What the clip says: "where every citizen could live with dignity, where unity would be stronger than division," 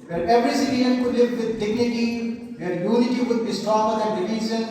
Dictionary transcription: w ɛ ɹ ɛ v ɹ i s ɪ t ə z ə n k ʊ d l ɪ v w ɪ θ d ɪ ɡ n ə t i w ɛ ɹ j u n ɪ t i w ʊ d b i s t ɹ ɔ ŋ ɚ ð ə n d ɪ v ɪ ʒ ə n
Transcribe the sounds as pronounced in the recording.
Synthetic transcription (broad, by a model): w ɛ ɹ ɛ v ɹ i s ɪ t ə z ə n k ʊ d l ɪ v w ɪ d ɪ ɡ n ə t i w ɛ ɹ j u n ɪ t i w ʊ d b i s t ɔ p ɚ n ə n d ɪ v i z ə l